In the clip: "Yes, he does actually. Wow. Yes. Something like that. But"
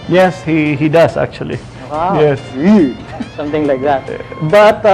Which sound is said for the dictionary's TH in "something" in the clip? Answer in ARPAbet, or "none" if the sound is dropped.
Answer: T